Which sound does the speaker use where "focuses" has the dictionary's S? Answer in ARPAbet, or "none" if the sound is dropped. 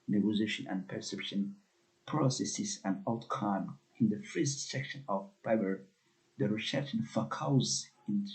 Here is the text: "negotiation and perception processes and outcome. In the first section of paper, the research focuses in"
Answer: none